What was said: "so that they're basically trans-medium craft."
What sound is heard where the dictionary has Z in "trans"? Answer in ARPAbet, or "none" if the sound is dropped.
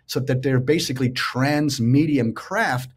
Z